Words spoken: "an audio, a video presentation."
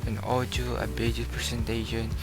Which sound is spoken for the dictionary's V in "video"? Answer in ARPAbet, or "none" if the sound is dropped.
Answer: B